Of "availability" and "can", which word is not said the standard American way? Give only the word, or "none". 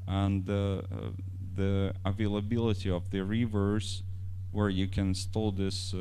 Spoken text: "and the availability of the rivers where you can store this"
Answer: none